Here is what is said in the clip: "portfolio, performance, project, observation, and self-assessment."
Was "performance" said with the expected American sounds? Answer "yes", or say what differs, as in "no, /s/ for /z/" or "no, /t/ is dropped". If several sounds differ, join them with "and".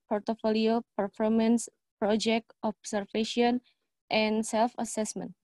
yes